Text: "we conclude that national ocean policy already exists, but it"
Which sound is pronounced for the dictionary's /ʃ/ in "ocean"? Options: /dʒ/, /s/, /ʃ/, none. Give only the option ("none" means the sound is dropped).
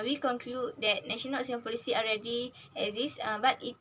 none